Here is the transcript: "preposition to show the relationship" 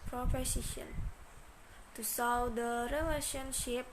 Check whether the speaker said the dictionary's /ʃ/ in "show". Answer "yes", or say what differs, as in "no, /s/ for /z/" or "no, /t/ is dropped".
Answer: no, /s/ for /ʃ/